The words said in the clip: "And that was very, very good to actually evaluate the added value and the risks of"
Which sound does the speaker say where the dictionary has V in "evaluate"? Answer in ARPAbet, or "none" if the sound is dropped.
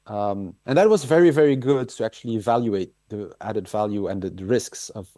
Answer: V